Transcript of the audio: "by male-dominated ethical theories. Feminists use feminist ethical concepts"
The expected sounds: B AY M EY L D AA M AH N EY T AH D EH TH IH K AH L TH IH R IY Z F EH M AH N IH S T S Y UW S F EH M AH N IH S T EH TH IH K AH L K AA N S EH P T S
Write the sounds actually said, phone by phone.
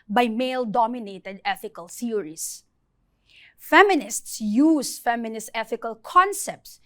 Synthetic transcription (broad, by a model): B AY M EY L D AA M AH N EY T AH D EH TH IH K AH L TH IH R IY S F EH M AH N IH S T S Y UW S F EH M AH N IH S T EH TH IH K AH L K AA N S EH P T S